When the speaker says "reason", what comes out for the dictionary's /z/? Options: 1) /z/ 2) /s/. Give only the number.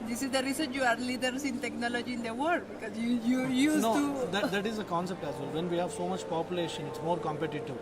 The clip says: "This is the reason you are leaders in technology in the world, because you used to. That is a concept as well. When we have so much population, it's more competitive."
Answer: 2